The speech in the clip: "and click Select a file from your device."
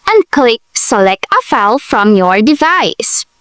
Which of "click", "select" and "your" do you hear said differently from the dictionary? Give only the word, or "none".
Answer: none